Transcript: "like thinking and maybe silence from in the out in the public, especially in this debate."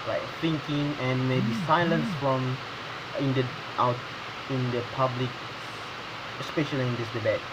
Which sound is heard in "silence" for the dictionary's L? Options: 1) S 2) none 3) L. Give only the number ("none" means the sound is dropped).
3